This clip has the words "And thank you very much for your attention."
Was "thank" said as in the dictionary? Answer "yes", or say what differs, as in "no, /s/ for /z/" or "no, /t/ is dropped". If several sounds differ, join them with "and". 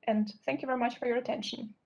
yes